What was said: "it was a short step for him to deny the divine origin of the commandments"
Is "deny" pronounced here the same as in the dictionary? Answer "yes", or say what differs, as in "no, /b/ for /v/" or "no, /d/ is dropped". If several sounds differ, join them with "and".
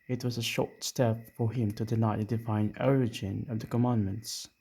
no, /l/ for /n/